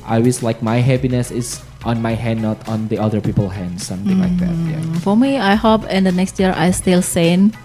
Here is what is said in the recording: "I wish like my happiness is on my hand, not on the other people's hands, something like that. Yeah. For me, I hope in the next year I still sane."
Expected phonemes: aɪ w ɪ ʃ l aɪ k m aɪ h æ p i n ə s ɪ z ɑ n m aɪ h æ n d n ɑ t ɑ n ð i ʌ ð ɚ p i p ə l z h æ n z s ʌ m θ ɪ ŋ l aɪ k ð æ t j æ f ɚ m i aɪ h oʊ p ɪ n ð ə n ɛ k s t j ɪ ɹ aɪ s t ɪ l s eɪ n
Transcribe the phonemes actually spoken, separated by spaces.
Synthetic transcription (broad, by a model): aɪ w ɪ s l aɪ k m aɪ h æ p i n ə s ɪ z ɑ n m aɪ h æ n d n ɑ t ɑ n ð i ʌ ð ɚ p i p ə l h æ n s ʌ m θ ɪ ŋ l aɪ k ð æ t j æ f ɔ m i aɪ h oʊ p ɪ n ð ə n ɛ k s t j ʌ ɹ aɪ s t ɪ l s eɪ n